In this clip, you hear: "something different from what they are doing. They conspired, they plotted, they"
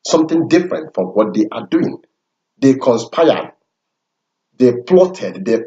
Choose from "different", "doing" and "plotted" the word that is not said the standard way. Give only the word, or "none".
none